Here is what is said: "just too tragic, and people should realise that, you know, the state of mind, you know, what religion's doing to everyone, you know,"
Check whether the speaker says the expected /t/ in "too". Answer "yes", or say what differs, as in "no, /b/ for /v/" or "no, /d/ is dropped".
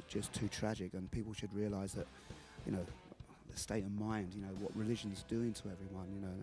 yes